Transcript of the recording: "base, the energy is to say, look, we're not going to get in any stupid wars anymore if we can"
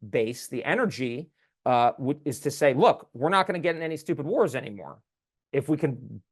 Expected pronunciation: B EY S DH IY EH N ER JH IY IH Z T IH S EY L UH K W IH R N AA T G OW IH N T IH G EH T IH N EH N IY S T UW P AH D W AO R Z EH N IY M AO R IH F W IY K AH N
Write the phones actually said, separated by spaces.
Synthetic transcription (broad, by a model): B EY S DH IY EH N ER JH IY IH Z T IH S EY L UH K W IH R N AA T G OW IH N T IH G EH T IH N EH N IY S T UW P AH D W AO R Z EH N IY M AO R IH F W IY K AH N